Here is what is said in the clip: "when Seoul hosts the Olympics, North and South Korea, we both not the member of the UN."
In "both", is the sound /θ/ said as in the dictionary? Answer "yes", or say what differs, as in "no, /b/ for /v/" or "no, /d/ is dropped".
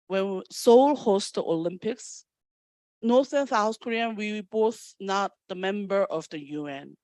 yes